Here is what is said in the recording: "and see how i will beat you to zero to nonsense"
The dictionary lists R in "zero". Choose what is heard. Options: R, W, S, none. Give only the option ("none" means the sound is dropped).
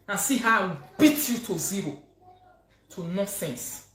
R